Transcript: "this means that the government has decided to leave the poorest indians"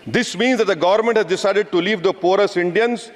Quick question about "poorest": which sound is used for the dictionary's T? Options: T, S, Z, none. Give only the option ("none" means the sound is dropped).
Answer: none